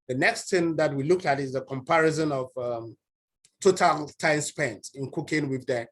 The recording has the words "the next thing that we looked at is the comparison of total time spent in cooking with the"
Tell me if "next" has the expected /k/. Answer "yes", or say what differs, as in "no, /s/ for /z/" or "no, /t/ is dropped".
yes